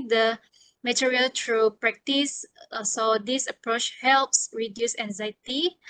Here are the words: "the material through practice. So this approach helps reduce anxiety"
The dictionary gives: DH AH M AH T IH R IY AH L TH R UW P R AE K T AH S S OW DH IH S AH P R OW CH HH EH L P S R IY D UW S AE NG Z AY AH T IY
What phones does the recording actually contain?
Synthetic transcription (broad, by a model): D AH M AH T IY R IY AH L T R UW P R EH K T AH S S OW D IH S AH P R OW CH HH EH L P S R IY D UW S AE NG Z AY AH T IY